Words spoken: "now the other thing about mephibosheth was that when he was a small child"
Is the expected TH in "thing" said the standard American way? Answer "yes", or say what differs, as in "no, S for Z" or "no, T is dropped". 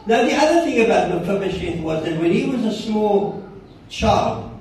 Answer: yes